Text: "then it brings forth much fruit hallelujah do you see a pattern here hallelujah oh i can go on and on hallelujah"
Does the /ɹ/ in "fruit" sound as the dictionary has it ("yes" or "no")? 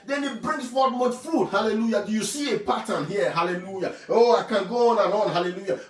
no